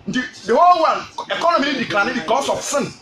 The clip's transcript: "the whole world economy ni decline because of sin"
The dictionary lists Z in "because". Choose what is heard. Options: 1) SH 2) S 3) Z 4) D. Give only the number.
2